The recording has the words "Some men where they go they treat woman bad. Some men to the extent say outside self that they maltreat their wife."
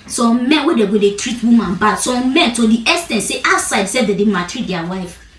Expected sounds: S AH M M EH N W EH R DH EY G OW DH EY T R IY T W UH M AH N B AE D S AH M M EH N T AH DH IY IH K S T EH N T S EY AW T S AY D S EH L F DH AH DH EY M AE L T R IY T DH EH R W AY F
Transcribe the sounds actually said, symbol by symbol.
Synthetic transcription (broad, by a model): S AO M M EH N W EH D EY G OW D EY T R IY T W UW M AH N B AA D S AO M M EH N T AH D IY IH S T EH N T S EY T S AY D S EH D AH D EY M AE T R IY T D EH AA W AY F